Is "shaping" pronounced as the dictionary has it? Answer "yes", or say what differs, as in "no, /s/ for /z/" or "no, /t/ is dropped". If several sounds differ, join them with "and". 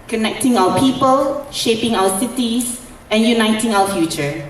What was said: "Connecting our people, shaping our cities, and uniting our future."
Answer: yes